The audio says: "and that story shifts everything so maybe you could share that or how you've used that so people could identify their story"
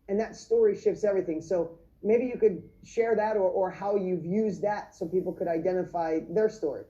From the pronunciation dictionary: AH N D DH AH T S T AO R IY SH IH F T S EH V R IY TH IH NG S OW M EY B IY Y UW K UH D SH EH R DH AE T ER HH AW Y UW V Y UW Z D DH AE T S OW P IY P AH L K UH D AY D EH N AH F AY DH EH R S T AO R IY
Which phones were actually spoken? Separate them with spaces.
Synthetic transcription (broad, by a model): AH N DH AH T S T AO R IY SH IH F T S EH V R IY TH IH NG S OW M EY B IY Y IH K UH D SH EH R DH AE T ER HH AW Y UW V Y UW Z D DH AE T S OW P IY P L K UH D AY D EH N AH F AY DH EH R S T AO R IY